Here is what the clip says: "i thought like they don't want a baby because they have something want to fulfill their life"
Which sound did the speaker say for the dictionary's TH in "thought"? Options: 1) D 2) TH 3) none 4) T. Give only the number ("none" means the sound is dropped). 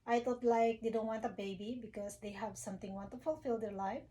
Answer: 4